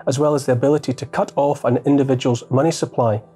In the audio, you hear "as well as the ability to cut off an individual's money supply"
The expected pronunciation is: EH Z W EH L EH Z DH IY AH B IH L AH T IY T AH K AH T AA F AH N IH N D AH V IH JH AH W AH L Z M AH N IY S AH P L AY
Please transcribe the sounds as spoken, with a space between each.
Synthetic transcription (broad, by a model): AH Z W EH L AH Z DH IY AH B IH L AH T IY T AH K AH T AA F AH N IH N D AH V IH JH AH W AH L Z M AH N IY S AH P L AY